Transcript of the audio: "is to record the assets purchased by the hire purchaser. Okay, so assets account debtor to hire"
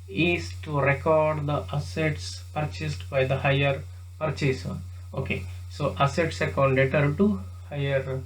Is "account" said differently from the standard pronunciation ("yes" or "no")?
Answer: yes